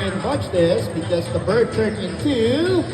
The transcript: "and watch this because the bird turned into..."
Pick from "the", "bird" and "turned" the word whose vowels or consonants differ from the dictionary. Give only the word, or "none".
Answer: turned